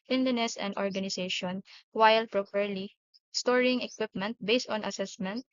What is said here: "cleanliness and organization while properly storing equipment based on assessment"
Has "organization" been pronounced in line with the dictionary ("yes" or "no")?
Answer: no